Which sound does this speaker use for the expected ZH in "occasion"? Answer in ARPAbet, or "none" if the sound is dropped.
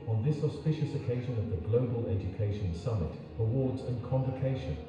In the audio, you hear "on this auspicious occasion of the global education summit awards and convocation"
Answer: ZH